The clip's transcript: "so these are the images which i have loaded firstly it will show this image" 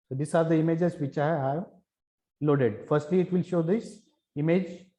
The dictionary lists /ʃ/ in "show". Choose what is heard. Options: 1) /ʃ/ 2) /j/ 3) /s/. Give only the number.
1